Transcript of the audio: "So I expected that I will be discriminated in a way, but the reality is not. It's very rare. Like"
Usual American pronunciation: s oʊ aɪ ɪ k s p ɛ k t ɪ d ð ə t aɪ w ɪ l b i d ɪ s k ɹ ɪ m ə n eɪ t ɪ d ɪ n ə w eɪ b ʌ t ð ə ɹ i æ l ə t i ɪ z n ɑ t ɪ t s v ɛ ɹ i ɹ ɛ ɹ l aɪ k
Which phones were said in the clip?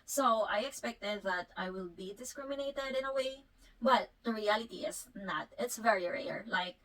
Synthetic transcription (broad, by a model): s oʊ aɪ ɪ k s p ɛ k t ɪ d ð ə t aɪ w ɪ l b i d ɪ s k ɹ ɪ m ə n eɪ t ɪ d ɪ n ə w eɪ b ʌ t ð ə ɹ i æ l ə t i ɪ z n ɑ t ɪ t s v ɛ ɹ i ɹ ɛ ɹ l aɪ k